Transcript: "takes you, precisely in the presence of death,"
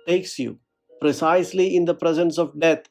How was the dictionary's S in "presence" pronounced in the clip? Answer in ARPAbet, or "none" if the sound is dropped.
S